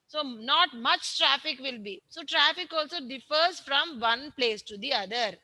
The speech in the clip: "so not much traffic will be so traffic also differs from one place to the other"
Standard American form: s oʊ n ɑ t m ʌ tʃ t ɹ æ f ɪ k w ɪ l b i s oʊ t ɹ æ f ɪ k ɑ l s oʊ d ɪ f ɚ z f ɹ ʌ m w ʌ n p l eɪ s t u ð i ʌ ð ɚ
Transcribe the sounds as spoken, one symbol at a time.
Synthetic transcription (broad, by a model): s oʊ n ɑ t m ʌ tʃ t ɹ æ f ɪ k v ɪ l b i s oʊ t ɹ æ f ɪ k ɑ l s oʊ d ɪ f ɚ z f ɹ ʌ m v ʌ n p l eɪ s t u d i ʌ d ɚ